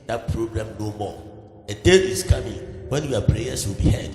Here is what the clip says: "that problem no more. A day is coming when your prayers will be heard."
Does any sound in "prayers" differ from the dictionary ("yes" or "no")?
yes